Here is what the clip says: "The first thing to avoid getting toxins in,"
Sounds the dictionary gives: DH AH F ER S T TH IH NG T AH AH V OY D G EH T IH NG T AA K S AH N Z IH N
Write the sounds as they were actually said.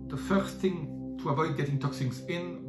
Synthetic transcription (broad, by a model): DH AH F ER S TH IH NG T AH AH V OY D G EH T IH NG T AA K S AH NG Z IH N